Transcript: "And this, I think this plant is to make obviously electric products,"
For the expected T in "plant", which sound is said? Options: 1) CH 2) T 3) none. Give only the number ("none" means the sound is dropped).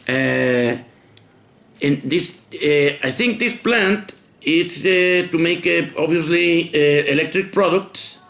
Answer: 2